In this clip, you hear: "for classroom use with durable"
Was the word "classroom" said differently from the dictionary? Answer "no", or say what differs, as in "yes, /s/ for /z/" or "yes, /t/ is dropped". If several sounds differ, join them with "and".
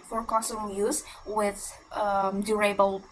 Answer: yes, /l/ is dropped